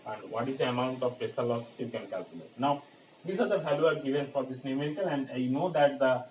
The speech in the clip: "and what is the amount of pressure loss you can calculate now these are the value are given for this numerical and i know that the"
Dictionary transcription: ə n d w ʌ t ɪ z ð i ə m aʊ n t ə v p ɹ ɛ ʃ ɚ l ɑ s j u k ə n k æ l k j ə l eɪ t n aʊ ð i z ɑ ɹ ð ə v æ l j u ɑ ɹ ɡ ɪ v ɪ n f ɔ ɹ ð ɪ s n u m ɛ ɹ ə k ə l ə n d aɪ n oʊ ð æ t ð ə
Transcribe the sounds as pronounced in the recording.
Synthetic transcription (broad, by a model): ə n d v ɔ t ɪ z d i ə m aʊ n t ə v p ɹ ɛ s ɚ l ɑ s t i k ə n k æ l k j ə l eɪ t n aʊ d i s ɑ ɹ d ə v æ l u ɑ ɹ ɡ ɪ v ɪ n f ɔ ɹ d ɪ s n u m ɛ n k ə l ə n d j n oʊ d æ t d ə